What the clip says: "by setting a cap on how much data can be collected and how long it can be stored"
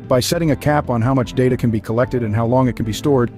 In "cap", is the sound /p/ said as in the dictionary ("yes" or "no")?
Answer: yes